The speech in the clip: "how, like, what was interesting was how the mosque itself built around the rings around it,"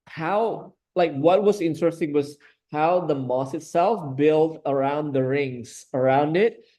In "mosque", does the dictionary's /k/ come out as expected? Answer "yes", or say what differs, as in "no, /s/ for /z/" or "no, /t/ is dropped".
no, /k/ is dropped